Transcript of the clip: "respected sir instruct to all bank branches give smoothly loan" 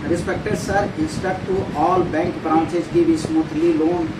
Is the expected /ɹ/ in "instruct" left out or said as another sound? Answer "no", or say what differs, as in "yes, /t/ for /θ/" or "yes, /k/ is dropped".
yes, /ɹ/ is dropped